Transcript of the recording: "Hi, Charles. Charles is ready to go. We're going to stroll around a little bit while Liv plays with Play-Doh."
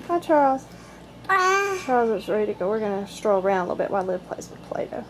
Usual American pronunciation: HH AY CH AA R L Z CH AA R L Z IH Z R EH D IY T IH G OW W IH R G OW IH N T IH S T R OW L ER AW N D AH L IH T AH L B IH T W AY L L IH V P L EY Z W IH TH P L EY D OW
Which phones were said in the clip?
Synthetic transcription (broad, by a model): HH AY CH AA R L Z CH AA R L Z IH S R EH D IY T IH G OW W IH R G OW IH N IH S T R OW L ER AW N D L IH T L B IH T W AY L L IH V P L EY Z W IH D P L EY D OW